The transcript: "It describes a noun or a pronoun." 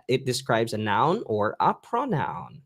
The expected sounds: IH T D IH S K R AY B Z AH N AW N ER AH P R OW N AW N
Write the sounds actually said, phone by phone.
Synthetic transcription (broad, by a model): IH T D IH S K R AY B Z AH N AW N ER AH P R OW N AW N